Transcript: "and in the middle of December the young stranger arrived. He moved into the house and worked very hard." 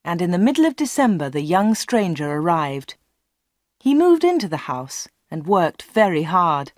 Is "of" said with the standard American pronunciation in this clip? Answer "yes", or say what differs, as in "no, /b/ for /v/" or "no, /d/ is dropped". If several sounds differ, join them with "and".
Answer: yes